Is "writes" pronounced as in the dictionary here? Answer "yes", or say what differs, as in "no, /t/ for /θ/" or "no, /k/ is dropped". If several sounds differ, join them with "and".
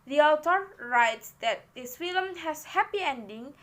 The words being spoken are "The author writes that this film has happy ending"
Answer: yes